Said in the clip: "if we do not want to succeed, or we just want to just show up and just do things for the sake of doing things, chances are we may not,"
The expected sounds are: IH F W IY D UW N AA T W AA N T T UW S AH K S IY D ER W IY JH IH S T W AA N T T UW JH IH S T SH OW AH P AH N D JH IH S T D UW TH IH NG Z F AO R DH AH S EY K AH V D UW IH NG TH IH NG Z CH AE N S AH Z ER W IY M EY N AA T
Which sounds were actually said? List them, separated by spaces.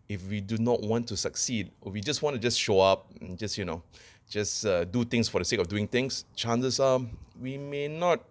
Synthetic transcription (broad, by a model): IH F W IY D UW N AA T W AA N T T UW S AH K S IY D W IY JH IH S W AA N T T UW JH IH S SH OW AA P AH N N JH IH S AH D UW T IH NG S F AO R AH S EY K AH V D UW IH NG T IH NG S CH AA N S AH S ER W IY M EY N AA T